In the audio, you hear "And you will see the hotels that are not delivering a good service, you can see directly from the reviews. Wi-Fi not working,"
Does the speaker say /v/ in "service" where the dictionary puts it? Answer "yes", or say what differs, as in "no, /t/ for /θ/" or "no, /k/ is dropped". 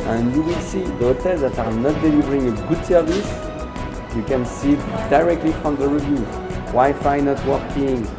yes